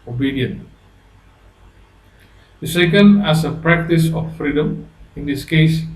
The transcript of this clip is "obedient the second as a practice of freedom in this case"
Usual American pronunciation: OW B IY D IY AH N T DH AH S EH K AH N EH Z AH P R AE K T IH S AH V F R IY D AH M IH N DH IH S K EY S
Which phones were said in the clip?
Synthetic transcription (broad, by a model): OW B IY D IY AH N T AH S EH K AH N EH S AH P R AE K T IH S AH F F R IY D AH M IH N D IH S K EY S